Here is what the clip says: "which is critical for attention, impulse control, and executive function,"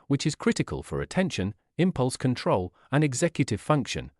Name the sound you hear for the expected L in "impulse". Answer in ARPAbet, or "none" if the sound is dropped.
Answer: L